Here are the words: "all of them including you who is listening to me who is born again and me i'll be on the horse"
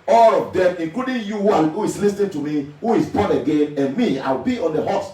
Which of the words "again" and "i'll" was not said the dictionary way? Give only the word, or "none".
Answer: i'll